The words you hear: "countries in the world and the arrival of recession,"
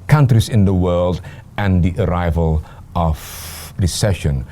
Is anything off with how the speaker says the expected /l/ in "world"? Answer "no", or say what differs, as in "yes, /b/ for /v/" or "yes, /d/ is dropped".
no